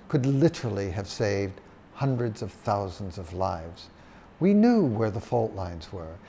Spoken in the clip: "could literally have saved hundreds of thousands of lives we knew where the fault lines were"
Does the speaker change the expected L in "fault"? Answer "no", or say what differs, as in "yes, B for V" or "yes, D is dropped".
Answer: no